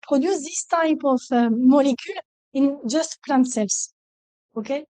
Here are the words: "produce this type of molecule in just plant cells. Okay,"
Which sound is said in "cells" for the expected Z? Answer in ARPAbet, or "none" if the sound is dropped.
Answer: S